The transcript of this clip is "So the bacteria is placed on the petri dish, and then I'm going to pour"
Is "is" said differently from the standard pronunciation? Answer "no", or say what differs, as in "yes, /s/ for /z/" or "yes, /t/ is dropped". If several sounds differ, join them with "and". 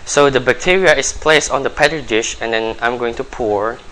yes, /s/ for /z/